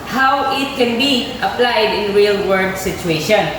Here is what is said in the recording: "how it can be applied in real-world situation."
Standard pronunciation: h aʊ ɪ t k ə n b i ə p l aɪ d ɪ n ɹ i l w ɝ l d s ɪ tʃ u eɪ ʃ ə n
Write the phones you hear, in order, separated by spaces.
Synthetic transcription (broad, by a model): h aʊ ɪ t k ə n b i ə p l aɪ d ɪ n ɹ i l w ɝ d s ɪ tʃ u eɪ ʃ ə n